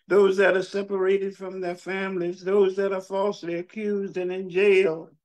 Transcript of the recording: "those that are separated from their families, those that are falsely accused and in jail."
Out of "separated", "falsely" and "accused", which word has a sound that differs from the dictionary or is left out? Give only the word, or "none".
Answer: none